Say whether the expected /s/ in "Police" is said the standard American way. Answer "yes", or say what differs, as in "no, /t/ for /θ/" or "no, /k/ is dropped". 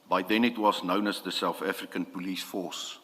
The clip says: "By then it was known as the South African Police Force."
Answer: yes